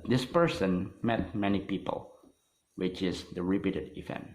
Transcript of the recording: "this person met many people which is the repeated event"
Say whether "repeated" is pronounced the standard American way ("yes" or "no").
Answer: no